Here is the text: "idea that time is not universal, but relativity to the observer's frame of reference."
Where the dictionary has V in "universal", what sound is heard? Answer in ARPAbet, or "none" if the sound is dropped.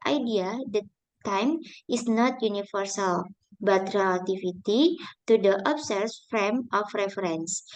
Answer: F